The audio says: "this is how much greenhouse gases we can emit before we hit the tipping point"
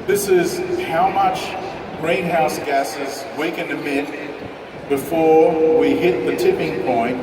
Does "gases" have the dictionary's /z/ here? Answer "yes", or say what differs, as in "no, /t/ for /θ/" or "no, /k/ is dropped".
yes